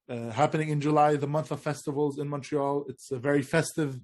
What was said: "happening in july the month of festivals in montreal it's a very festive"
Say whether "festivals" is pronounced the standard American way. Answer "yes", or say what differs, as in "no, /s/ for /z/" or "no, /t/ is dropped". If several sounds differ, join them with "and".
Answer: yes